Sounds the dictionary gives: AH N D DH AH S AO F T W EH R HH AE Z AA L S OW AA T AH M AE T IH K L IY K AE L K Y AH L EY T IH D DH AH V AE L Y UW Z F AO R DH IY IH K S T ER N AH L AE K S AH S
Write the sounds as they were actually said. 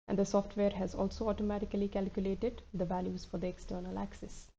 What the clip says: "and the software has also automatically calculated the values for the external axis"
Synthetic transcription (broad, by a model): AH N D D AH S AO F T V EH R HH AE Z AA L S OW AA T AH M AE T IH K L IY K AE L K Y AH L EY T IH D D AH V AE L Y UW Z F AO R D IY IH K S T ER N AH L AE K S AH S